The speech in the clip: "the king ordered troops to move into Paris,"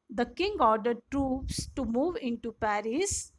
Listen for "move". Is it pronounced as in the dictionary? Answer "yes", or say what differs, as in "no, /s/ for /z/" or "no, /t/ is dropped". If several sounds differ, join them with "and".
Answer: yes